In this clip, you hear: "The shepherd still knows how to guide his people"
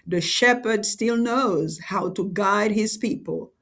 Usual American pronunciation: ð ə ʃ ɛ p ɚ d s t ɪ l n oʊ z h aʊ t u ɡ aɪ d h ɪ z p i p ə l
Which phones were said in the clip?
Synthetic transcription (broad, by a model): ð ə ʃ ɛ p ɚ d s t ɪ l n oʊ z h aʊ t u ɡ aɪ d h ɪ z p i p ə l